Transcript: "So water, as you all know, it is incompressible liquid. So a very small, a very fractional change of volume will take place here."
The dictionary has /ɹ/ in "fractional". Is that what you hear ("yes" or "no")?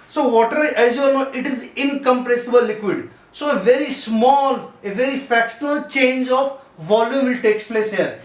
no